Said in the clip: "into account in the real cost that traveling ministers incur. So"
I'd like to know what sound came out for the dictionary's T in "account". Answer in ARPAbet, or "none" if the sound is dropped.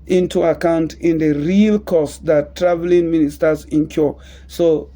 T